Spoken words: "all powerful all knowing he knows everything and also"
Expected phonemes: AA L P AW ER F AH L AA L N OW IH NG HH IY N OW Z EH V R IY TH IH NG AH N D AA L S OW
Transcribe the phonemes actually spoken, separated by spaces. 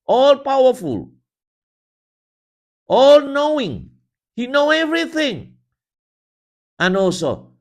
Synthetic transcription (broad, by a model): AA L P AW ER F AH L AA L N OW IH NG HH IY N OW EH V R IY TH IH NG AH N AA L S OW